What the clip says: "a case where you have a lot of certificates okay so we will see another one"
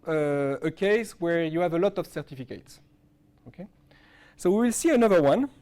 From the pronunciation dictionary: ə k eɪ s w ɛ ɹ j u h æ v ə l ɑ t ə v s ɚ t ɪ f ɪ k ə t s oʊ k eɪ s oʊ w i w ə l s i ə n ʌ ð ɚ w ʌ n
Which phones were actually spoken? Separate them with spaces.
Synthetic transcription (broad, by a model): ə k eɪ s w ɛ ɹ j u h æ v ə l ɑ t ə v s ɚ t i f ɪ k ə t s oʊ k eɪ s oʊ w i w ə l s i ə n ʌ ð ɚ w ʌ n